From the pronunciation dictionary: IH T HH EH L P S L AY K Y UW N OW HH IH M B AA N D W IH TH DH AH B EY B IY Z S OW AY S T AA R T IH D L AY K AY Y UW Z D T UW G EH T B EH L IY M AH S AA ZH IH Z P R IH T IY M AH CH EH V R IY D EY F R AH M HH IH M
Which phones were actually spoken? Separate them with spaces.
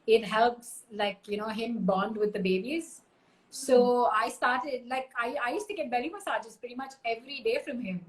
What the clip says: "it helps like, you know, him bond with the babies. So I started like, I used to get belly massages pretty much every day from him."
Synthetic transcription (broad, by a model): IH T HH EH L P S L AY K Y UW N OW HH IH M B AA N D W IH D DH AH B EY B IY Z S OW AY S T AA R T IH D L AY K AY Y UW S T UW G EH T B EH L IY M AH S AA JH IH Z P R IH T IY M AH CH EH V R IY D EY F R AH M HH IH M